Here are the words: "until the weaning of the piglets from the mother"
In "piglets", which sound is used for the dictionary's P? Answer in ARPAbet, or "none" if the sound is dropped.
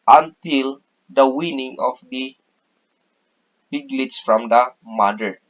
B